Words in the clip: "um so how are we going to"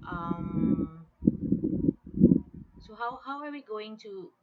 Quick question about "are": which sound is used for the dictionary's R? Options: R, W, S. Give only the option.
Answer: W